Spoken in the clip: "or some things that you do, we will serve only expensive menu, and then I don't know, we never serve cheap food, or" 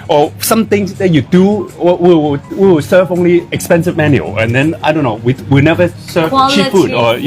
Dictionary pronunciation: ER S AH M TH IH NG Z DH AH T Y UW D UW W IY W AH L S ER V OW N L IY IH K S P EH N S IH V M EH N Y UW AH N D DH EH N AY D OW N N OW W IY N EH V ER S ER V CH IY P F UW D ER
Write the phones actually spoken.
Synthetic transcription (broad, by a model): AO S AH M T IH NG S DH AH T Y UW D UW W IY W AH W S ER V OW N L IY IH K S P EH N S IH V M EH N Y UW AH N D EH N AY D OW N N OW W IY N EH V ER S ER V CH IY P F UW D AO